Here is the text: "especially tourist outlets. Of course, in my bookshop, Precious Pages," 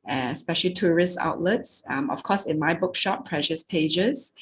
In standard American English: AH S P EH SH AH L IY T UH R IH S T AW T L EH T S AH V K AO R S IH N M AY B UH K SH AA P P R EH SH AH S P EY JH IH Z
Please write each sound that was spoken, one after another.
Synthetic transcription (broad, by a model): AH S P EH SH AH L IY T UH R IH S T AW T L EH T S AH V K AO S IH N M AY B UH K SH AA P P R EH SH AH S P EY JH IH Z